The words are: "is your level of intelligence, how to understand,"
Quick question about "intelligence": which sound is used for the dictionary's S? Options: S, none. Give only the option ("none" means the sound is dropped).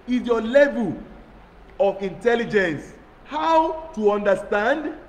S